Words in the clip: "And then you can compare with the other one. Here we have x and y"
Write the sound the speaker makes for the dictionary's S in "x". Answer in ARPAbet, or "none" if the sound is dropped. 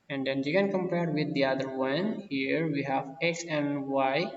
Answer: S